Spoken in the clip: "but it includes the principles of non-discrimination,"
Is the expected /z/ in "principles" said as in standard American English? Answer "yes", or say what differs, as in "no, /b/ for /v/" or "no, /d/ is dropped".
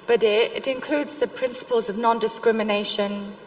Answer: yes